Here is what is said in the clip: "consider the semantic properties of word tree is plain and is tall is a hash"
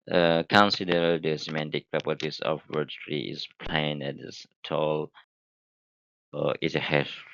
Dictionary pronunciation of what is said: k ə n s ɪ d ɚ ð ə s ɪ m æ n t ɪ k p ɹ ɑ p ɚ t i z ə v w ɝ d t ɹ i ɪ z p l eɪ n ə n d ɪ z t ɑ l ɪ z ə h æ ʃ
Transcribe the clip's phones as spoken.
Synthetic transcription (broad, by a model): k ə n s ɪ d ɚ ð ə s ɪ m æ n t ɪ k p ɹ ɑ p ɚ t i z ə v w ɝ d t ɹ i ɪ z p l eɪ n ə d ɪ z t ɑ l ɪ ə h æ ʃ